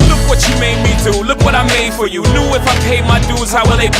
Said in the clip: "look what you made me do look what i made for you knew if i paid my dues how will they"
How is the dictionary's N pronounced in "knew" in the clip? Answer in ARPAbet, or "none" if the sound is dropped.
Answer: L